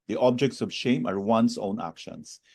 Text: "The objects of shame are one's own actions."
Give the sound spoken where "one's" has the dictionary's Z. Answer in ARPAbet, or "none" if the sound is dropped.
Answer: S